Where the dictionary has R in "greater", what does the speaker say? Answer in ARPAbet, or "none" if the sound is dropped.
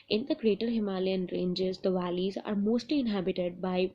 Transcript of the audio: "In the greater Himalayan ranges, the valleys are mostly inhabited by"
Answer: R